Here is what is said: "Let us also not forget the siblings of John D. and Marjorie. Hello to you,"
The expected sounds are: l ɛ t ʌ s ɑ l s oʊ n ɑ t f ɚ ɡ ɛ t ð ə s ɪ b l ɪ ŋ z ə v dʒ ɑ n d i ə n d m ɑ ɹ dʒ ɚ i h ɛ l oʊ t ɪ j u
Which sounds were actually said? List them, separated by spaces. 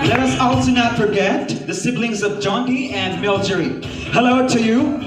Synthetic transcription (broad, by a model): l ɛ t ʌ s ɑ l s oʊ n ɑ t f ɚ ɡ ɛ t ð ə s ɪ b l ɪ ŋ z ə v dʒ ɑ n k i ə n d m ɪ l dʒ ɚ i h ɛ l oʊ t ɪ j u